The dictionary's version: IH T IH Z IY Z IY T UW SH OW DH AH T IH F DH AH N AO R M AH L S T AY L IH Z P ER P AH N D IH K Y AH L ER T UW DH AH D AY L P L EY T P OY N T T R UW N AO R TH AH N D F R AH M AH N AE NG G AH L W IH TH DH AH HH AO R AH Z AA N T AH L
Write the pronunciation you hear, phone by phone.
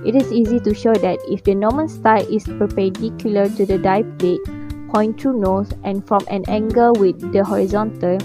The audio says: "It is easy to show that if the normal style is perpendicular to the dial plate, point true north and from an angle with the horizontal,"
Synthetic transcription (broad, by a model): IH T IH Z IY Z IY T UW SH OW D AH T IH F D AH N AO M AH N S T AY L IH S P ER P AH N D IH K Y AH L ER T UW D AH D AY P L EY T P OY N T T R UW N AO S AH N F R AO M AH N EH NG G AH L W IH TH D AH HH AO R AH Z AA N T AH L